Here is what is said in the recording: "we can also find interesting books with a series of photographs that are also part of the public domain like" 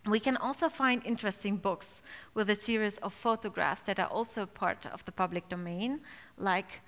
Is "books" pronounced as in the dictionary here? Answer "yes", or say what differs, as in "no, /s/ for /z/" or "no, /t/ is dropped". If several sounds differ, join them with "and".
yes